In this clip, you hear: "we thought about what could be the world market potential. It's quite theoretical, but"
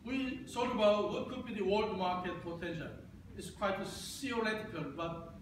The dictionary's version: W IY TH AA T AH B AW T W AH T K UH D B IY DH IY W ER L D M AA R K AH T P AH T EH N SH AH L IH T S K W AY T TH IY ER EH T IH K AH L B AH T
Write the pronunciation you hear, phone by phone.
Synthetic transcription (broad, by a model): W IY S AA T AH B AW T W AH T K UH D B IY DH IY W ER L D M AA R K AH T F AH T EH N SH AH IH T S K W AY T S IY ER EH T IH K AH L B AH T